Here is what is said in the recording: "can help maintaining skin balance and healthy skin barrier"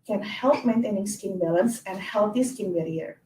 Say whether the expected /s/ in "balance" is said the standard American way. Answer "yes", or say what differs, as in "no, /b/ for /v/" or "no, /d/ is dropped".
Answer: yes